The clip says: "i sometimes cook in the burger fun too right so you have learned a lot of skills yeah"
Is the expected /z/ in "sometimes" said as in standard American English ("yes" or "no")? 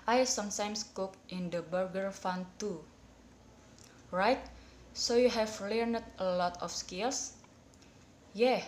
no